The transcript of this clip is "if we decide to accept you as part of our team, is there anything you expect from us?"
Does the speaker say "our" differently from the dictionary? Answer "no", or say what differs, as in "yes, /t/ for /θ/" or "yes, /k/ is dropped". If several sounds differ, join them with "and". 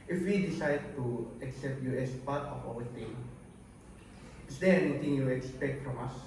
yes, /w/ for /ɹ/